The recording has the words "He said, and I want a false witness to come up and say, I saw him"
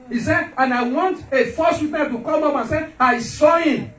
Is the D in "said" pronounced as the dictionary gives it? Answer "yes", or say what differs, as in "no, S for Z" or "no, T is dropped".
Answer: no, D is dropped